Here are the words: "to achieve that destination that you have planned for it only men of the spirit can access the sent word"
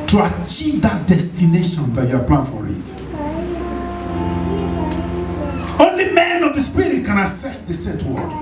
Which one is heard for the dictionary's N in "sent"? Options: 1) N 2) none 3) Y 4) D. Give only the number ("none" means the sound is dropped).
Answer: 2